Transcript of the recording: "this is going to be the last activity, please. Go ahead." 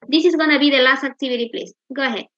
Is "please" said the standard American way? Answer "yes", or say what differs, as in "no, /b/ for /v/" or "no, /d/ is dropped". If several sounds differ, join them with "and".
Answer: no, /s/ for /z/